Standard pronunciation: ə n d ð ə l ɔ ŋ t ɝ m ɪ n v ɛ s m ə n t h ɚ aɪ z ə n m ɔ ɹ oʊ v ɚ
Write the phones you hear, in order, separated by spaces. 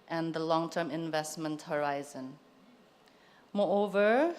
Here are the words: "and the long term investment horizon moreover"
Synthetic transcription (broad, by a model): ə n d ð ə l ɔ ŋ t ɝ m ɪ n v ɛ s m ə n t h ɚ aɪ z ə n m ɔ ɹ oʊ v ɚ